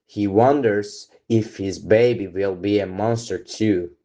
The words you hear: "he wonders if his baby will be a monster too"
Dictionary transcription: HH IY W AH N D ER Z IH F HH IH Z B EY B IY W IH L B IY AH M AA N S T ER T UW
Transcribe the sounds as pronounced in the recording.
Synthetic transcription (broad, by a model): HH IY W AH N D ER Z IH F HH IH Z B EY B IY W IH L B IY AH M AA N S T ER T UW